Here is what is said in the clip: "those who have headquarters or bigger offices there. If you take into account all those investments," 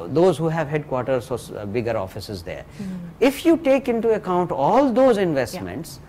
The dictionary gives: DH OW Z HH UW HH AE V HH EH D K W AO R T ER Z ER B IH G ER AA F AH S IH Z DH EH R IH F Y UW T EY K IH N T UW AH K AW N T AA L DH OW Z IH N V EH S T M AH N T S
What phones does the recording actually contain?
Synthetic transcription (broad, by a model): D OW Z HH UW HH AE V HH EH D K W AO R T ER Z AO B IH G ER AA F AH S IH Z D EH R IH F Y UW T EY K IH N T UW AH K AW N T AA L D OW Z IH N V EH S T M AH N T S